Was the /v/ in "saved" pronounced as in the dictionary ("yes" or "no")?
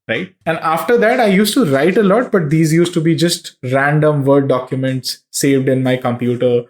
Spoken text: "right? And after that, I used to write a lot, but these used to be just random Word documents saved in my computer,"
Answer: yes